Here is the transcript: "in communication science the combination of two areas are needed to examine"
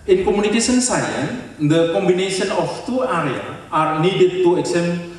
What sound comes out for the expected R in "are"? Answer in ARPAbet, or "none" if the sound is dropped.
R